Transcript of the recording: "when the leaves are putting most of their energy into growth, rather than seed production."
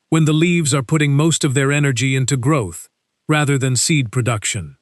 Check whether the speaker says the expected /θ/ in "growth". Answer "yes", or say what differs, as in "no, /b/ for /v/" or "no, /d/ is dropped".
yes